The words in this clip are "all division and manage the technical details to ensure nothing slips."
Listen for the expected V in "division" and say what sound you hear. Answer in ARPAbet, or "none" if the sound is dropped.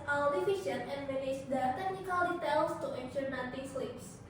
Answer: F